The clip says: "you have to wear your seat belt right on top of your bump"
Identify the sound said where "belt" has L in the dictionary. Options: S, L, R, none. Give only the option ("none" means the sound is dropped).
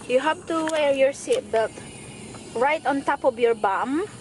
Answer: none